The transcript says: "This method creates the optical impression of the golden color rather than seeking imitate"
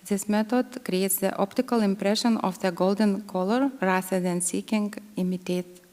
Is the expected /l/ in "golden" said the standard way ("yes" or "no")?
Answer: yes